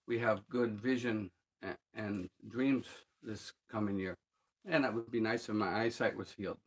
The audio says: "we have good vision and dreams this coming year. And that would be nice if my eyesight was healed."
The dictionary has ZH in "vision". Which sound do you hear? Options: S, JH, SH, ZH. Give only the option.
ZH